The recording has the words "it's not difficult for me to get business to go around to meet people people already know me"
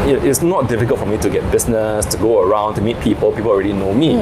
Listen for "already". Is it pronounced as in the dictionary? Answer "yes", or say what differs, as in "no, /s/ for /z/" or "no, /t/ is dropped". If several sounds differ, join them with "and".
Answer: yes